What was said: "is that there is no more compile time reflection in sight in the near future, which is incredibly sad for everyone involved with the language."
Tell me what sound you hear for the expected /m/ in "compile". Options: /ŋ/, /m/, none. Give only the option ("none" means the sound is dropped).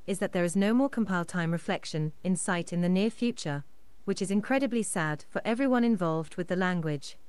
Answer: /m/